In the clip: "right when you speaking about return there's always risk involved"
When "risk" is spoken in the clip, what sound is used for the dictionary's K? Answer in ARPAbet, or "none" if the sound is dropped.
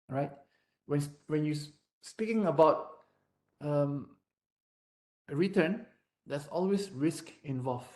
K